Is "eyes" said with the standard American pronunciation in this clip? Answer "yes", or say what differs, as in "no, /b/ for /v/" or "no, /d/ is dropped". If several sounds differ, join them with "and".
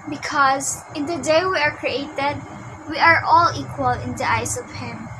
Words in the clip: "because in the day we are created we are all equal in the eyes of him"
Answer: no, /s/ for /z/